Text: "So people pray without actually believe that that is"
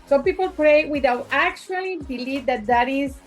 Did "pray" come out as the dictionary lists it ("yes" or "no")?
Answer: yes